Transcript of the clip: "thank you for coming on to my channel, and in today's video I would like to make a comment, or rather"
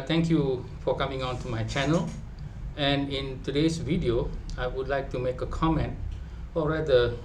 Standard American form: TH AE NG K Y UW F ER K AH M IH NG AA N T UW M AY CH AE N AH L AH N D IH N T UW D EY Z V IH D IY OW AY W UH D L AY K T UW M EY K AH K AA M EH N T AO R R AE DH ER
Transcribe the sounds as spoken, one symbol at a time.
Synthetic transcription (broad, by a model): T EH NG K Y UW F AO K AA M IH NG AA N T UW M AY CH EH N AH L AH N IH N T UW D EY S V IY D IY OW AY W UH D L AY K T UW M EY K AH K AA M EH N T AO L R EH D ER